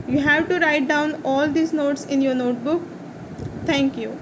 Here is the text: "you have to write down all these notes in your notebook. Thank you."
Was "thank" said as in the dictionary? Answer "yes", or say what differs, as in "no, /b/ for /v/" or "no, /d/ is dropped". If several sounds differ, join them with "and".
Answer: no, /t/ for /θ/